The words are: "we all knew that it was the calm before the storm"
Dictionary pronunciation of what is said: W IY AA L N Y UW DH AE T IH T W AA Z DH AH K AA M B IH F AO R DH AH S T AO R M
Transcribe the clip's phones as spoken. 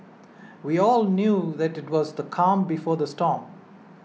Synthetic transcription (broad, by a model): W IY AA L N Y UW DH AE T IH T W AA Z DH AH K AA M B IH F AO R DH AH S T AO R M